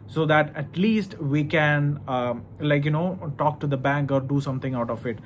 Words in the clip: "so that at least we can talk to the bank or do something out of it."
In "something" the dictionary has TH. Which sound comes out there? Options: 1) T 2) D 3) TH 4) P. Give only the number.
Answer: 1